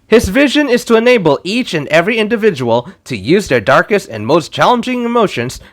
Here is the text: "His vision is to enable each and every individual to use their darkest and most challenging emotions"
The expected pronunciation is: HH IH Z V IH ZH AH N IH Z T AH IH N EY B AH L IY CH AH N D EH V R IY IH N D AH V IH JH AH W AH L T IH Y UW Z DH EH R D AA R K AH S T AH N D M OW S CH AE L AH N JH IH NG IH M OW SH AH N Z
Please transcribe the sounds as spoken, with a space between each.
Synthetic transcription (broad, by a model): HH IH Z V IH ZH AH N IH Z T AH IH N EY B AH L IY CH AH N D EH V R IY IH N D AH V IH JH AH W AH L T IH Y UW Z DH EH R D AA R K AH S T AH N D M OW S CH AE L AH N JH IH NG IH M OW SH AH N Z